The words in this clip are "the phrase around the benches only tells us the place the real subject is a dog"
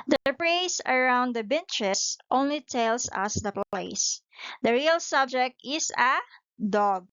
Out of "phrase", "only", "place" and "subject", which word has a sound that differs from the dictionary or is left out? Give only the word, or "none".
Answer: phrase